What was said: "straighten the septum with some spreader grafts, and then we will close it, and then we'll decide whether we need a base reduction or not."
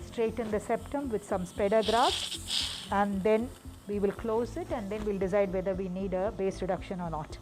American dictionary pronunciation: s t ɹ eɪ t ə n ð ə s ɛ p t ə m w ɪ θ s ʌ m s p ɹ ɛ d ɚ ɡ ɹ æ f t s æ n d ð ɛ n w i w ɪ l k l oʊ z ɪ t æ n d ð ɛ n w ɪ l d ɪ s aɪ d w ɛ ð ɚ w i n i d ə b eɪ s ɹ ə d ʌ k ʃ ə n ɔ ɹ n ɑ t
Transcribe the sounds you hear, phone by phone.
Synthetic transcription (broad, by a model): s t ɹ eɪ t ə n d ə s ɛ p t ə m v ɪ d s ʌ m s p ɛ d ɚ ɡ ɹ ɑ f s æ n d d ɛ n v i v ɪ l k l oʊ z ɪ t æ n d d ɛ n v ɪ l d ɪ s aɪ d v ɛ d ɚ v i n i d ə b eɪ s ɹ ə d ʌ k ʃ ə n ɔ ɹ n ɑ t